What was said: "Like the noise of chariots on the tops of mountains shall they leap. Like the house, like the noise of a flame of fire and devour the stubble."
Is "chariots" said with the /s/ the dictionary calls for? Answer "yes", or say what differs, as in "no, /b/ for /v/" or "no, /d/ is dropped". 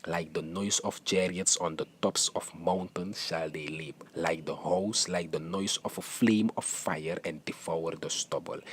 yes